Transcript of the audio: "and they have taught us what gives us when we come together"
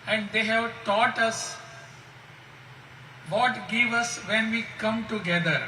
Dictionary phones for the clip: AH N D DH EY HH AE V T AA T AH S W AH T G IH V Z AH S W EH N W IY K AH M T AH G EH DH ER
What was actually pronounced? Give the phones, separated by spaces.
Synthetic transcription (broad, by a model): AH N D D EY HH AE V T AA T AH S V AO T G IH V AH S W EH N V IY K AH M T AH G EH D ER